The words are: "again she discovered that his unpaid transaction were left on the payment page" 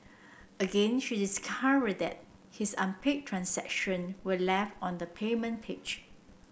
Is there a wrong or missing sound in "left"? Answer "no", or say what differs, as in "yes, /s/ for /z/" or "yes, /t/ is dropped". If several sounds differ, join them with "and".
yes, /t/ is dropped